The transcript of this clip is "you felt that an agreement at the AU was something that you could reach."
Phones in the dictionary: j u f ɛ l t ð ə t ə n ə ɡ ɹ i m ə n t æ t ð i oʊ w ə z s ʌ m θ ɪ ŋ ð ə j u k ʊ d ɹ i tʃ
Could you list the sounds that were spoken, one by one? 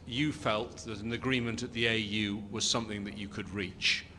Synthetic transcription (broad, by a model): j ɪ f ɛ l t ð ə t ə n ə ɡ ɹ i m ə n t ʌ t ð i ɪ w ə z s ʌ m θ ɪ ŋ ð ə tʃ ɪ k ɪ d ɹ i tʃ